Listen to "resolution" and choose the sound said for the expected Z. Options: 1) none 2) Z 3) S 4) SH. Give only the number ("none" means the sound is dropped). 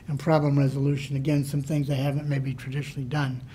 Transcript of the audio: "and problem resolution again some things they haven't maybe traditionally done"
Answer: 2